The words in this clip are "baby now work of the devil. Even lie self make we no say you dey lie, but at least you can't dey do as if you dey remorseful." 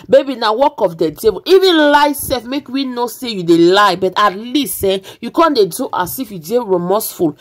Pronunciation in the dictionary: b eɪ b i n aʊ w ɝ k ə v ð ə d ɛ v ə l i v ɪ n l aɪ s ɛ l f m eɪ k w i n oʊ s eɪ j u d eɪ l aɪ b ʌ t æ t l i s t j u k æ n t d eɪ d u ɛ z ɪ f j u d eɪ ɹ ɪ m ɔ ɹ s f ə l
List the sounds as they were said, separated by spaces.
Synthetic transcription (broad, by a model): b eɪ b i n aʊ w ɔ k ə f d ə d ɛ b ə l i v ɪ n l aɪ s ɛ f m eɪ k w i n oʊ s eɪ j u d eɪ l aɪ b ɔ t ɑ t l i s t j u k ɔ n d eɪ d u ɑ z ɪ f j u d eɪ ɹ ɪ m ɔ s f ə l